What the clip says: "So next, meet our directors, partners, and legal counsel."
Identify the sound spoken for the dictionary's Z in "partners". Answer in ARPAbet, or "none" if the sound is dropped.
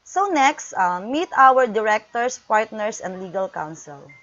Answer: S